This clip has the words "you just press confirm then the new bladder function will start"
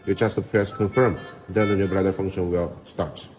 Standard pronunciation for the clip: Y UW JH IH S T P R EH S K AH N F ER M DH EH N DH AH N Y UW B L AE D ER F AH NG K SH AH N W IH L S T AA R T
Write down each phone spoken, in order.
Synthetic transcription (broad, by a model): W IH CH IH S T P R EH S K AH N F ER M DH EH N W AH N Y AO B AA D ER F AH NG K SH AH N W IH L S T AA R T